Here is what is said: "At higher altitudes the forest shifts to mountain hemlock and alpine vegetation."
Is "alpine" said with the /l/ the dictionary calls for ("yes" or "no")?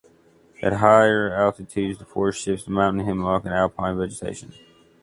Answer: yes